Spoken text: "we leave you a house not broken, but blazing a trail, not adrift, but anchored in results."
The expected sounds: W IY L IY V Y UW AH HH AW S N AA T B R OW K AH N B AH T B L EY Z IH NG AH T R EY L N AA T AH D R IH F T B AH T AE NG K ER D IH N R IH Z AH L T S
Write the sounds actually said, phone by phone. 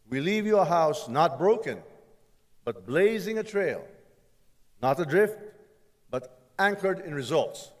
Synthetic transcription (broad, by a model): W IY L IY V Y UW AH HH AW S N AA T B R OW K AH N B AH T B L EY Z IH NG AH T R EY L N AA T AH D R IH F T B AH T AE NG K ER D IH N R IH Z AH L T S